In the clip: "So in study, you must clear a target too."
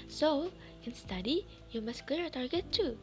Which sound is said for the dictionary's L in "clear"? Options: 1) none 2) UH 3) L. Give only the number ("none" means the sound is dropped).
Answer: 1